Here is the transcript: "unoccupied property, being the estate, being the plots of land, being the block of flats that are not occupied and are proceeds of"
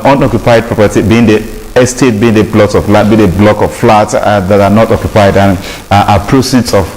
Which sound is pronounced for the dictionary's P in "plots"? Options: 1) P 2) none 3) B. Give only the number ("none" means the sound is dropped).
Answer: 3